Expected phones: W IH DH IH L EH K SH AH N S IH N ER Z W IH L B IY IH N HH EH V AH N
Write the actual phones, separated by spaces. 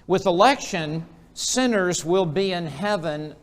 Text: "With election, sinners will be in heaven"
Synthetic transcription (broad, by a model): W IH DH IH L EH K SH AH N S IH N ER Z W IH L B IY IH N HH EH V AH N